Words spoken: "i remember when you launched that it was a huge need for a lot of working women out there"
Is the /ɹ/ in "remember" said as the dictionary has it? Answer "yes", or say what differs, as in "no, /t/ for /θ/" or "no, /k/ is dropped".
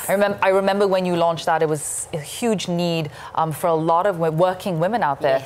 yes